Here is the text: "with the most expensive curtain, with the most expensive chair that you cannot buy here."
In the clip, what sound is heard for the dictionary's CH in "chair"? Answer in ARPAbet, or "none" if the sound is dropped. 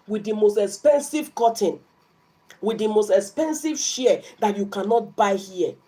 SH